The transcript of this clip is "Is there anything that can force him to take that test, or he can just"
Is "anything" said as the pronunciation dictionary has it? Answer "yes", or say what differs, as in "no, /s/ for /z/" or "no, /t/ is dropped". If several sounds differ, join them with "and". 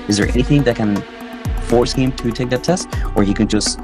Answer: yes